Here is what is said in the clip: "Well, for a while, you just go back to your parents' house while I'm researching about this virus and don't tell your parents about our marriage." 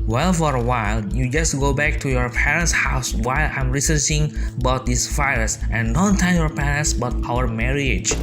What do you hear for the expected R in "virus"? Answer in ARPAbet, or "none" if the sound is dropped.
none